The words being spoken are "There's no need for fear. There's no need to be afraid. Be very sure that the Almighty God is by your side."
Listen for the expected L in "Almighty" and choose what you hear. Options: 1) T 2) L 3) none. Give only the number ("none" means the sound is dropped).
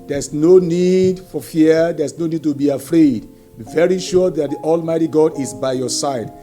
2